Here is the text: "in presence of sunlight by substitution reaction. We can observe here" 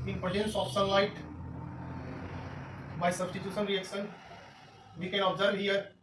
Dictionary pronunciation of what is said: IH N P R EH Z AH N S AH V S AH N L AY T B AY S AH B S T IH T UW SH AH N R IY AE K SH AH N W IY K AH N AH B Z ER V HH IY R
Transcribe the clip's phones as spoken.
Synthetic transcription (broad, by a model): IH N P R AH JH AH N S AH P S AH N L AY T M AY S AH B S T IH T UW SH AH N R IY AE K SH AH N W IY K AH N AH B Z ER V HH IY R